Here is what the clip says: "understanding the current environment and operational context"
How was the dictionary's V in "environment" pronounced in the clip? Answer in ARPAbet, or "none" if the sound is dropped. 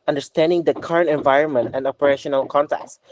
V